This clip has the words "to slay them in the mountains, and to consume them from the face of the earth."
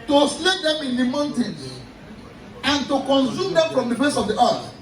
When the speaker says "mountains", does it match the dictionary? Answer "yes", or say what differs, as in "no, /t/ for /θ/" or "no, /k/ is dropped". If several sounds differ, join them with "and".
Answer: no, /z/ is dropped